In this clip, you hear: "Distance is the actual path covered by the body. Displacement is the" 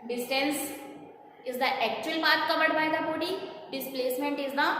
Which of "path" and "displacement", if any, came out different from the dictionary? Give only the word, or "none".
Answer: path